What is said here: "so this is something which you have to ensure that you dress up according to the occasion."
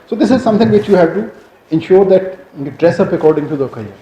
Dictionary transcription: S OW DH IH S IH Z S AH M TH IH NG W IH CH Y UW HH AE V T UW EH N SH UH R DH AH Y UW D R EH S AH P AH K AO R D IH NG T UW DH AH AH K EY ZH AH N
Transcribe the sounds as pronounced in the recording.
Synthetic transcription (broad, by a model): S OW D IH S IH Z S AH M T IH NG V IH CH Y UW HH AE V T UW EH N SH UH R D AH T D R EH S AH P AH K AO R D IH NG T UW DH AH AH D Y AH